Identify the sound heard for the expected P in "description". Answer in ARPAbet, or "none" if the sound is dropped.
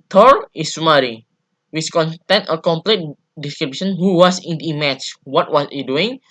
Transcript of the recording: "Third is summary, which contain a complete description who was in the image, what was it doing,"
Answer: B